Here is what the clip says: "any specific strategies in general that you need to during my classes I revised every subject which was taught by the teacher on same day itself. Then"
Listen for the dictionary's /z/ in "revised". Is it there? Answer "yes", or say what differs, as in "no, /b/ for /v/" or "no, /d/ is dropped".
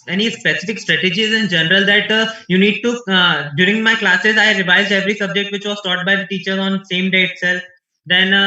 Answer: yes